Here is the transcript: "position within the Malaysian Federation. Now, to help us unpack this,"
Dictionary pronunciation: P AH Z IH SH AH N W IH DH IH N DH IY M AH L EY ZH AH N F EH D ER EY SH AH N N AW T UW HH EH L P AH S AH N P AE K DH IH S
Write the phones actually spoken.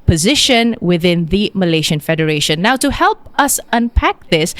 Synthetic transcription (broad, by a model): P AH Z IH SH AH N W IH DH IH N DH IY M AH L EY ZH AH N F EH D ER EY SH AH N N AW T UW HH EH L P AH S AH N P AE K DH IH S